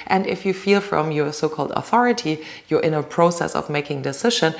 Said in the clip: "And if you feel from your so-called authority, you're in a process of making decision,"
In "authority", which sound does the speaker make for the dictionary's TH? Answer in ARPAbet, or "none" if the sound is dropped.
TH